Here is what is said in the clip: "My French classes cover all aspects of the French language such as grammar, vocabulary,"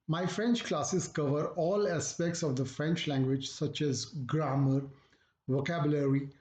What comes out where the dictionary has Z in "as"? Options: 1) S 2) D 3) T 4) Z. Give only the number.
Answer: 4